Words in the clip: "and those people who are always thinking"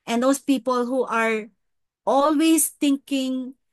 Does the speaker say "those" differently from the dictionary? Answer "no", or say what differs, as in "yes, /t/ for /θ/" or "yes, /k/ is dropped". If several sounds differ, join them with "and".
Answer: yes, /s/ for /z/